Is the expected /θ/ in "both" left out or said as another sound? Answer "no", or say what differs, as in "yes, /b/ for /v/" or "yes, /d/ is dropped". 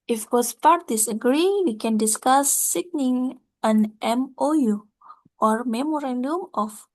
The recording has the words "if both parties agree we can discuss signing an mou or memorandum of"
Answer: yes, /s/ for /θ/